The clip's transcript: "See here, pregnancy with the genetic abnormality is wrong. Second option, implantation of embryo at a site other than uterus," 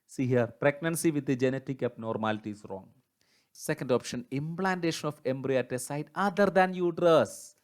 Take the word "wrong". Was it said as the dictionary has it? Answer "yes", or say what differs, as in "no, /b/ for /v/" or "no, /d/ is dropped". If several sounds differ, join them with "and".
yes